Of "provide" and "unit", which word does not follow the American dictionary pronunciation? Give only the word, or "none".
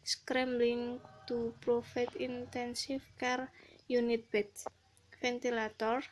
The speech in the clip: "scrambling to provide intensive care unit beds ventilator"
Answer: provide